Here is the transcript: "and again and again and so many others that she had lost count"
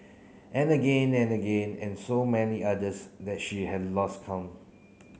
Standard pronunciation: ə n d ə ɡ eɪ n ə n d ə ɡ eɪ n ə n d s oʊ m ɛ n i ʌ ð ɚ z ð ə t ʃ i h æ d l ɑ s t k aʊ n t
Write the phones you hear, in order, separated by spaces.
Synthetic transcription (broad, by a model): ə n ə ɡ eɪ n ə n ə ɡ eɪ n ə n s oʊ m ɛ n i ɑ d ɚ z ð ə t ʃ i h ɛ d l ɑ s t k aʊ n